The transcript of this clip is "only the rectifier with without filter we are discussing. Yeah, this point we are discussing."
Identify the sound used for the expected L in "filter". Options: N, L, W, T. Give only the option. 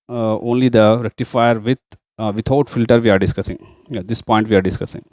L